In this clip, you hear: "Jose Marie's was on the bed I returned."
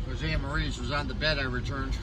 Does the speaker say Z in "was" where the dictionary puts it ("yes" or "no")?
yes